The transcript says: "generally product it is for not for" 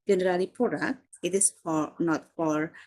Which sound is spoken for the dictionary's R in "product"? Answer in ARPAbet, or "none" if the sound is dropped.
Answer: none